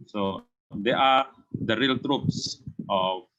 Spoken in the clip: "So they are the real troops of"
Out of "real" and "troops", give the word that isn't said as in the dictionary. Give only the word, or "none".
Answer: none